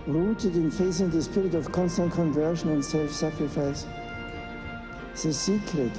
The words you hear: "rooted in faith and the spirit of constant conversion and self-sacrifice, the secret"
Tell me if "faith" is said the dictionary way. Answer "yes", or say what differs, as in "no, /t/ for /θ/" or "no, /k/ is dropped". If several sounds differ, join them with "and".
no, /s/ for /θ/